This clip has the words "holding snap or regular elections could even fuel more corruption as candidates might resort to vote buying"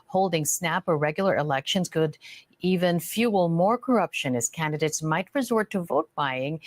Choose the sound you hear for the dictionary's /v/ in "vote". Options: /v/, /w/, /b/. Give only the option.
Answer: /v/